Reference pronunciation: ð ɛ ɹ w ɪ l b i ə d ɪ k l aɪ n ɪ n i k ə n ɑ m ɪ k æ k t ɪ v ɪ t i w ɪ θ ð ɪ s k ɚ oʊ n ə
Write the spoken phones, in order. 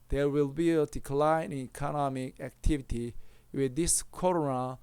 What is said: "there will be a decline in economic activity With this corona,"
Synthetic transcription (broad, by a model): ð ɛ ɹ w ɪ l b i ə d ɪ k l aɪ ɪ n i k ə n ɑ m ɪ k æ k t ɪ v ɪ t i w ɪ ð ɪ s k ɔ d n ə